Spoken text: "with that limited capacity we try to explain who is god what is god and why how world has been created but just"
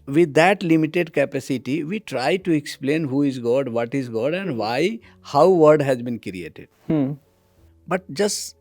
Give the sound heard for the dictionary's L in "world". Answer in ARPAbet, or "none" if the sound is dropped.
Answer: none